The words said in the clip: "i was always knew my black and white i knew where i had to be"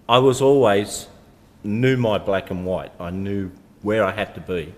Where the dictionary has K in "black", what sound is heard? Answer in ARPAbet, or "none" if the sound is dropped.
K